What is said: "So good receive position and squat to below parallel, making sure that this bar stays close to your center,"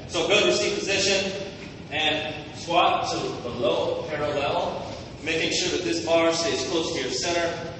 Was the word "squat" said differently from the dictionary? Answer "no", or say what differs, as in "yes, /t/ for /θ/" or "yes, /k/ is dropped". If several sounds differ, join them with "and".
yes, /k/ is dropped